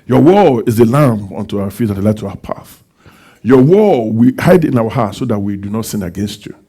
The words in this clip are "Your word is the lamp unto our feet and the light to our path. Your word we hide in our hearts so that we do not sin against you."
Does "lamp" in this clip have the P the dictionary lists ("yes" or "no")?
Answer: no